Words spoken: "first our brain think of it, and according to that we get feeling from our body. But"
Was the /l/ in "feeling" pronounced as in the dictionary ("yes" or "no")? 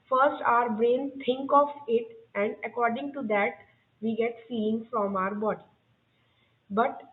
no